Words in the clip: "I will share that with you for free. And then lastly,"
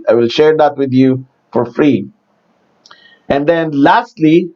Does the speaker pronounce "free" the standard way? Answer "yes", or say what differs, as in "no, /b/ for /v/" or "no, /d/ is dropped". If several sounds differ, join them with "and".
yes